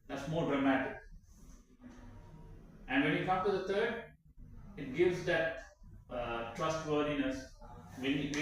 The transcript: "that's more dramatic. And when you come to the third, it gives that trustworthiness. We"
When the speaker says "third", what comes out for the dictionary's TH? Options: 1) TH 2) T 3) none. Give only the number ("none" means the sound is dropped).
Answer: 2